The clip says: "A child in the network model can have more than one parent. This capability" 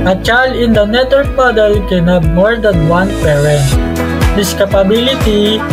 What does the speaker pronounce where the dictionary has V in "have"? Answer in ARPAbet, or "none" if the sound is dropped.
B